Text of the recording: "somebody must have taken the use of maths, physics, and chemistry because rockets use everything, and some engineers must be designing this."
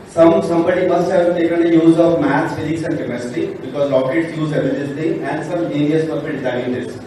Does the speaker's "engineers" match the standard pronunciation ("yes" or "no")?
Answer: no